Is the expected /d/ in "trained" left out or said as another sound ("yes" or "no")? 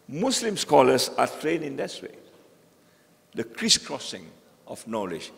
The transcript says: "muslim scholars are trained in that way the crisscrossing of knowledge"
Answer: yes